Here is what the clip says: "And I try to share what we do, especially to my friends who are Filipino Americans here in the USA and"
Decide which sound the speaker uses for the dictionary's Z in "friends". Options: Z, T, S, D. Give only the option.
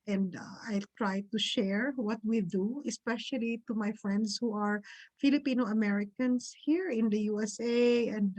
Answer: S